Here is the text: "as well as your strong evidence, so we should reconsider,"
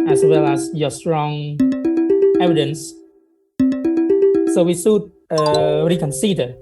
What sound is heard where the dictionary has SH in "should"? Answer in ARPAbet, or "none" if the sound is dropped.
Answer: S